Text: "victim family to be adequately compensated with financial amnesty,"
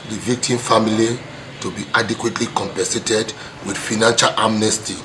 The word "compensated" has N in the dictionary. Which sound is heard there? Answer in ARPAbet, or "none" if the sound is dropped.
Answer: none